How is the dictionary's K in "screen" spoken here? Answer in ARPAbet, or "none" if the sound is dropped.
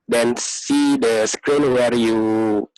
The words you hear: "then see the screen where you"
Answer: K